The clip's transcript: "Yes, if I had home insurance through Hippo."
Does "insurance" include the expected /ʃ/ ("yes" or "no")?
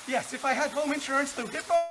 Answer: yes